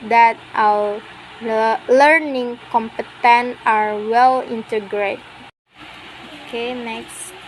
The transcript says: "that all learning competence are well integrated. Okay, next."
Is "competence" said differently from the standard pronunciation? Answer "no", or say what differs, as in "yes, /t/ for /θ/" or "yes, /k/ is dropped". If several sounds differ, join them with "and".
yes, /s/ is dropped